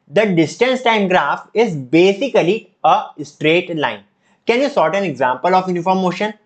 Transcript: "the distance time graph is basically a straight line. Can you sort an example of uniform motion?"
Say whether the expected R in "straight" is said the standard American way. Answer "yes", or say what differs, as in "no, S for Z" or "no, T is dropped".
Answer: yes